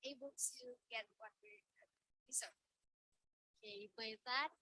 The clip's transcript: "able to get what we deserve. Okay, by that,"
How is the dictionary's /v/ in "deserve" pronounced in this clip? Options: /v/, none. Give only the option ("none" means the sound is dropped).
none